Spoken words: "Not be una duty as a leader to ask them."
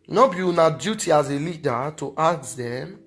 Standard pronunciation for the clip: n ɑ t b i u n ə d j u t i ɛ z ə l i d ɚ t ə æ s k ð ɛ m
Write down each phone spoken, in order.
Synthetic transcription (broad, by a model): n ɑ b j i u n ə d j u t i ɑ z ə l i d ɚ t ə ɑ k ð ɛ m